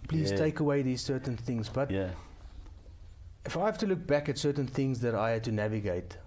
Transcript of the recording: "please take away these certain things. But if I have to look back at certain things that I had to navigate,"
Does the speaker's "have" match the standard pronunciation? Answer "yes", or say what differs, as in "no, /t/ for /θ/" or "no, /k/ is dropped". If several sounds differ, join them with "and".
no, /f/ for /v/